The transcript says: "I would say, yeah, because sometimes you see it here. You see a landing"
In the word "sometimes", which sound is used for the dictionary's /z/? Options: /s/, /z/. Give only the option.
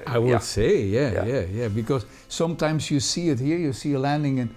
/z/